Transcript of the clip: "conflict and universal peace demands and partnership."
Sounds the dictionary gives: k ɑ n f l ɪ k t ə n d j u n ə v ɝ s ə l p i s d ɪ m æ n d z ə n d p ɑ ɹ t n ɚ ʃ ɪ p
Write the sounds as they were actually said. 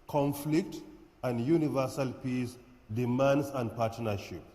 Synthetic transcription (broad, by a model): k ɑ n f l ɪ k t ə n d j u n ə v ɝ s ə l p i s d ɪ m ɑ n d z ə n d p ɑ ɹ t n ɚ ʃ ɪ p